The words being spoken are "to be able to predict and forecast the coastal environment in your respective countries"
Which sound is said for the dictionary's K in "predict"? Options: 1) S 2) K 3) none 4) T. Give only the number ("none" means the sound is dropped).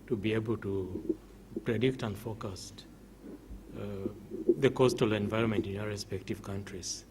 2